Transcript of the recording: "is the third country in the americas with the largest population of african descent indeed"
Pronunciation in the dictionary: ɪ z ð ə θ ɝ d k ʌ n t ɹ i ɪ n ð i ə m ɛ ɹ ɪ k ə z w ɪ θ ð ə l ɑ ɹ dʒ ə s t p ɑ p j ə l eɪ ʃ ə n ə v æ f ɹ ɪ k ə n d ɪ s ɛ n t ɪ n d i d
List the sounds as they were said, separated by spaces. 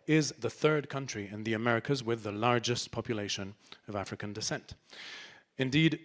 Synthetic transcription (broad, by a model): ɪ z ð ə θ ɝ d k ʌ n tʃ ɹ i ɪ n ð i ə m ɛ ɹ ɪ k ə z w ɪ ð ə l ɑ ɹ dʒ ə s p ɑ p j ə l eɪ ʃ ə n ə v æ f ɹ ɪ k ə n d ɪ s ɛ n t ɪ n d i d